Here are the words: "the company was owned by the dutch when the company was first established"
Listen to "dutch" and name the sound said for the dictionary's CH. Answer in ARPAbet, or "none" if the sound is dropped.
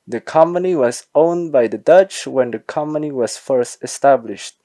CH